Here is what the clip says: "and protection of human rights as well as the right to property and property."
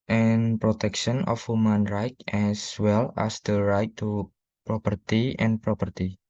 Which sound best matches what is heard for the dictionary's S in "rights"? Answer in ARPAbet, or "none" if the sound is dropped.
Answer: none